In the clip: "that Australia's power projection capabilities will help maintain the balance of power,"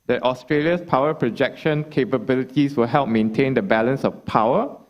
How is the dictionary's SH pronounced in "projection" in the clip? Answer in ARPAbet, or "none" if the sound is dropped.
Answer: SH